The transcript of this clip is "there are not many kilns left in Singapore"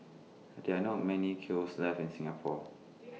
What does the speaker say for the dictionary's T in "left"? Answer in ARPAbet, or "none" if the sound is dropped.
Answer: none